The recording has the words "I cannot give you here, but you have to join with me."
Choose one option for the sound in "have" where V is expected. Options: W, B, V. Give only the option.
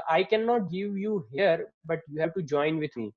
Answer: B